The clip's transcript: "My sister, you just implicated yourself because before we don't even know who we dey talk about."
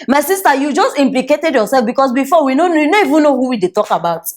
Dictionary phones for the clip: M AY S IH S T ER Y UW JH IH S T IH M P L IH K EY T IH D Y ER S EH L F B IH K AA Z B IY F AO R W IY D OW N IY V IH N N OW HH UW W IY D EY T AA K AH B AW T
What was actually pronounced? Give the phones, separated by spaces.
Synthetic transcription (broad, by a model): M AY S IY S T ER Y UW JH IH S T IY M P L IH K EY T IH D Y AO S EH L F B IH K AA S B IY F AO W IY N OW N IY V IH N N OW HH UW W IY D EY T AA K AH B AW T